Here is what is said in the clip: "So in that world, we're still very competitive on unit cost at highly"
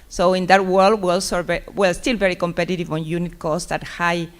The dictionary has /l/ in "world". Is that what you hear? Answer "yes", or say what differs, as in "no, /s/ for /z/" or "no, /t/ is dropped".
yes